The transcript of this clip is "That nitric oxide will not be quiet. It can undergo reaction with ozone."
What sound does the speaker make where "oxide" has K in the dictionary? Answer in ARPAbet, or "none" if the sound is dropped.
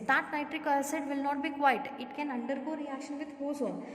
none